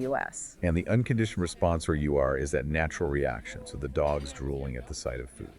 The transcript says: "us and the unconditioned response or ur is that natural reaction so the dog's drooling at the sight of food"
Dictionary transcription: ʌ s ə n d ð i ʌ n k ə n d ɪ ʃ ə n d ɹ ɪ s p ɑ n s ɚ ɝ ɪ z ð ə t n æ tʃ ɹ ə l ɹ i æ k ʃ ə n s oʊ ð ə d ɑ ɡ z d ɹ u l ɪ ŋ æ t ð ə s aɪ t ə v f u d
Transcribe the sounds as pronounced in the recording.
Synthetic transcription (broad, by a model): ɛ s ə n ð i ʌ n k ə n d ɪ ʃ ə n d ɹ ɪ s p ɑ n s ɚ ɝ ɪ z ð ə t n æ tʃ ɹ l ɹ i æ k ʃ ə n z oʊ ð ə d ɑ ɡ z d ɹ u l ɪ ŋ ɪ t ð ə s aɪ t ə v f u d